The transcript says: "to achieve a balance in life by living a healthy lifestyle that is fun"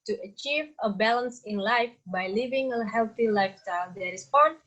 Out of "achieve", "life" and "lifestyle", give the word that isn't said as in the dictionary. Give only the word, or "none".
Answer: none